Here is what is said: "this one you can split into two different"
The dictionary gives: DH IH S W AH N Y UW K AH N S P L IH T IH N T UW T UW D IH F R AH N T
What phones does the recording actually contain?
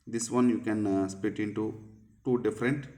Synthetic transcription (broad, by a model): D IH S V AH N Y UW K AH N S P IH T IH N T UW T UW D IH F R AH N T